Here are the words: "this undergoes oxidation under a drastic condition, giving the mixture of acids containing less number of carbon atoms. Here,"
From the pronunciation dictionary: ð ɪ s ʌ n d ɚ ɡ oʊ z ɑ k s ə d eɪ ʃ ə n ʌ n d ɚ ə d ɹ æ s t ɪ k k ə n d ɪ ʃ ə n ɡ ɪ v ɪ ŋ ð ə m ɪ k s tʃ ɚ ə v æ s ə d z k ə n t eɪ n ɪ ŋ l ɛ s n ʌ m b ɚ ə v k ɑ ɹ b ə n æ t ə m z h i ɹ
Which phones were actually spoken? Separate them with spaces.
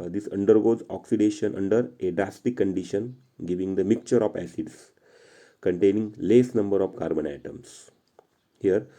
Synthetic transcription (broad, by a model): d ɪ s ʌ n d ɚ ɡ oʊ z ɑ k s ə d eɪ ʃ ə n ʌ n d ɚ ə d ɹ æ s t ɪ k k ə n d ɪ ʃ ə n ɡ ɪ v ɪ ŋ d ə m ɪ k tʃ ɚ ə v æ s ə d s k ə n t eɪ n ɪ ŋ l ɛ s n ʌ m b ɚ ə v k ɑ ɹ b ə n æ t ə m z h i ɹ